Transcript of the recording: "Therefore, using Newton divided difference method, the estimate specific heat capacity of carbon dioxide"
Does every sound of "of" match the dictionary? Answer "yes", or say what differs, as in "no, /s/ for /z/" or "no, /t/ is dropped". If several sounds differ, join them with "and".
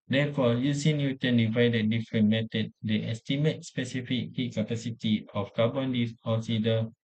no, /f/ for /v/